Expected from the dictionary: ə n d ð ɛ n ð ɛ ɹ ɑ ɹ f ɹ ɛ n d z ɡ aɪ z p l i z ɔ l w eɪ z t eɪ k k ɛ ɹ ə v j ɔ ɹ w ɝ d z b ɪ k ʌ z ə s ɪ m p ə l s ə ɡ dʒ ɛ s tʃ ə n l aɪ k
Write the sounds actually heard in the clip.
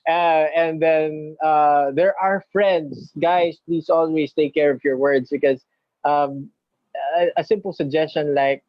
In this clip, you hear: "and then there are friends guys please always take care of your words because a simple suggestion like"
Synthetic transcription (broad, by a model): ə n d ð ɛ n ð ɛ ɹ ɑ ɹ f ɹ ɛ n d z ɡ aɪ s p l i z ɔ l w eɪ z t eɪ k k ɛ ɹ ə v j ɔ ɹ w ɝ d s b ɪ k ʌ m ə s ɪ m p ə l s ə ɡ dʒ ɛ s tʃ ə n l aɪ k